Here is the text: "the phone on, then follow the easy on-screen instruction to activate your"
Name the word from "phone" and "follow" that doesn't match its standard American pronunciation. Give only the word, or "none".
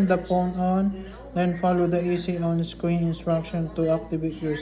phone